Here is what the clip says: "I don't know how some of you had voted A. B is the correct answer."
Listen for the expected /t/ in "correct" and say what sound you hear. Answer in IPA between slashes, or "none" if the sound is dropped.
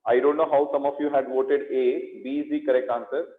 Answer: none